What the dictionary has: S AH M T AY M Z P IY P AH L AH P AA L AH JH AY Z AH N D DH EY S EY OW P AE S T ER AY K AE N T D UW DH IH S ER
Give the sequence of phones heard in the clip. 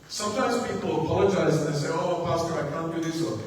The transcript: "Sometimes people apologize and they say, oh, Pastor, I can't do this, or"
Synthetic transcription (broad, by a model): S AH M T AY M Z P IY P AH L AH P AA L AH JH AY Z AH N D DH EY S EY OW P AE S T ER AY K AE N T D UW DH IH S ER